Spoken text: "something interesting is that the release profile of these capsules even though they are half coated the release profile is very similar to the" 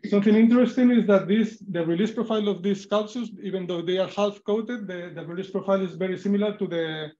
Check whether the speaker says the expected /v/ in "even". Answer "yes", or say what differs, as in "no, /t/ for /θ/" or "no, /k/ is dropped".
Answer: no, /b/ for /v/